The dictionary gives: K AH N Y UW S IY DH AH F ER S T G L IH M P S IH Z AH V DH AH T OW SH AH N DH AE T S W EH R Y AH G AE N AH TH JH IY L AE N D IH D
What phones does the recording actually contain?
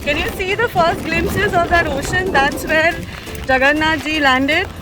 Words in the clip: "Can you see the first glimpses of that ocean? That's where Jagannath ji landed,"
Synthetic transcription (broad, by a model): K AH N Y UW S IY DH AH F ER S T G L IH M S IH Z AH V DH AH T OW SH AH N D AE T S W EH R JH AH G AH N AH JH IY L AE N D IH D